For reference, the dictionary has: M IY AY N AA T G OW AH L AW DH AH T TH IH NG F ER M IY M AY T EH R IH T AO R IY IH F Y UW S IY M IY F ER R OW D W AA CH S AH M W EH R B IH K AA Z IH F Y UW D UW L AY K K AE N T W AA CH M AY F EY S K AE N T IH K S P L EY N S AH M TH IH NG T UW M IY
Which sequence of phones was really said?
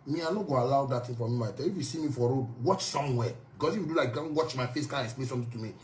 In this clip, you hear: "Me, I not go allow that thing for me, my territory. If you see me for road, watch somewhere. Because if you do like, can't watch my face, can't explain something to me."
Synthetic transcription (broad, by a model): M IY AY N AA G OW AH L AW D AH T T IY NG F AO M IY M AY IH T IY IH F Y UW S IY M IY F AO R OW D W AA CH S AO M W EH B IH K AA S IH F Y UW D UW L AY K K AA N W AA CH M AY F EY S K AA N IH K S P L EY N S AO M T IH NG T UW M IY